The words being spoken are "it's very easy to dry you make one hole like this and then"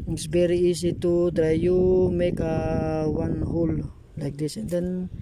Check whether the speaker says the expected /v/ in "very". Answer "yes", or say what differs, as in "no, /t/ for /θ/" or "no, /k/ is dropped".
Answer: no, /b/ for /v/